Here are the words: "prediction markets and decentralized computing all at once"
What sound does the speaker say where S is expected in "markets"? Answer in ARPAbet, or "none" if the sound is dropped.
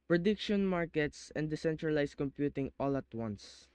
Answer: S